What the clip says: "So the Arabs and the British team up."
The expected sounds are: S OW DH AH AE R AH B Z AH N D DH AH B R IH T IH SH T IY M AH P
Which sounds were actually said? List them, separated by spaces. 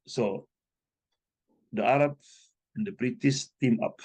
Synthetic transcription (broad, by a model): S OW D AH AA R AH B AH N D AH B R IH T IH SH T IY M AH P